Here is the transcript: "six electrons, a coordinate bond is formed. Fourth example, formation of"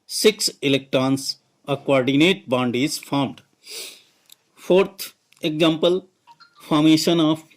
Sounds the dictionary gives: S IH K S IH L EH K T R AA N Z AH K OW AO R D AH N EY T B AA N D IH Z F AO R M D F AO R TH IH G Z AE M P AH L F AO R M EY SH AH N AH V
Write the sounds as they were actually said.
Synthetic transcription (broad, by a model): S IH K S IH L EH K T R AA N S AH K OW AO R D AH N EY T B AA N D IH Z F AO R M D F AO R T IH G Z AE M P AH L F AO R M EY SH AH N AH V